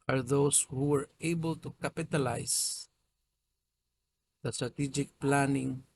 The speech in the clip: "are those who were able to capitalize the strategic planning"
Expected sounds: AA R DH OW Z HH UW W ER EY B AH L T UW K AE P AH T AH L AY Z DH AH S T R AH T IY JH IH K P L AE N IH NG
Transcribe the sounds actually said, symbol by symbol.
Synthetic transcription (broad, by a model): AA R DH OW S HH UW W ER EY B AH L T UW K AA P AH T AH L AY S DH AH S T R AH T IY JH IH K P L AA N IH NG